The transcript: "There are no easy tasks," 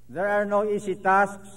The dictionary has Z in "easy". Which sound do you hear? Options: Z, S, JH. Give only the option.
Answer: S